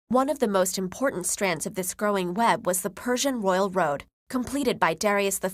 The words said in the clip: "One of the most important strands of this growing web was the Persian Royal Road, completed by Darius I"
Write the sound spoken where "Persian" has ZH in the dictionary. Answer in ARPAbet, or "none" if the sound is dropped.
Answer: ZH